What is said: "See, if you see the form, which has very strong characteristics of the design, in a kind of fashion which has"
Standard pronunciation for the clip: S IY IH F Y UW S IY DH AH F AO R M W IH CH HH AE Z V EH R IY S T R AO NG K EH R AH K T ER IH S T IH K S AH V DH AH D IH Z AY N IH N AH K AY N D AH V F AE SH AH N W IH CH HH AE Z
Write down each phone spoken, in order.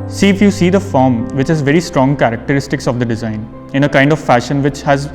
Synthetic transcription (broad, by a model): S IY IH F Y UW S IY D AH F AO R M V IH CH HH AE Z V EH R IY S T R AO NG K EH R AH K T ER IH S T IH K S AH V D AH D IH Z AY N IH N AH K AY N D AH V F AE SH AH N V IH CH HH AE Z